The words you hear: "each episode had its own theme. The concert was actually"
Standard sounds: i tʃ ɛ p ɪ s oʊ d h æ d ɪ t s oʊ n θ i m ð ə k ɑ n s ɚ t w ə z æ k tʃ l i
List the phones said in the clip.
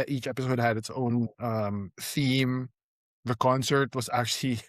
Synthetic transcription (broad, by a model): i tʃ ɛ p ɪ s oʊ d h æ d ɪ t s oʊ n θ i m ð ə k ɑ n s ɚ t w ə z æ k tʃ l i